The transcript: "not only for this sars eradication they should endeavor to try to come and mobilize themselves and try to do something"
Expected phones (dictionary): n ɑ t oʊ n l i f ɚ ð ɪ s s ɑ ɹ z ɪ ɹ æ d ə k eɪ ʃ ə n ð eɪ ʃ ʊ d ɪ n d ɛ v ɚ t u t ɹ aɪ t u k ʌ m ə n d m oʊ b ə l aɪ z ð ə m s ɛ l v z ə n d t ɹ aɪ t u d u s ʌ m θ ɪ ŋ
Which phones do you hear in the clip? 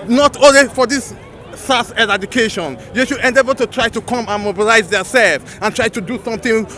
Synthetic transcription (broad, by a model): n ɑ t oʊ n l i f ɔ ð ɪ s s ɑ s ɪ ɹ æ d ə k eɪ ʃ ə n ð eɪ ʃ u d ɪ n d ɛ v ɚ t u t ɹ aɪ t u k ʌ m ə n m oʊ b ə l aɪ z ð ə s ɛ l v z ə n t ɹ aɪ t u d u s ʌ m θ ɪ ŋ